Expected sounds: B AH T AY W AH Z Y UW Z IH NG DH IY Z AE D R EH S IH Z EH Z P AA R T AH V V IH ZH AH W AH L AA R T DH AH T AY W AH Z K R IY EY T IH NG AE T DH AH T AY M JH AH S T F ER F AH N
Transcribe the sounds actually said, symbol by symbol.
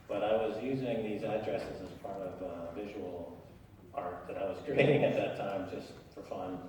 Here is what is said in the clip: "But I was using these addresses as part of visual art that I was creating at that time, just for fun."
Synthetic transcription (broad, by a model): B AH T AY W AH Z Y UW Z IH NG DH IY Z AE D R EH S IH Z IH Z P AA R T AH V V IH ZH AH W L AA R T DH AH T AY W AH Z K R IY EY T IH NG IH T DH AH T AY M JH AH S T F ER F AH N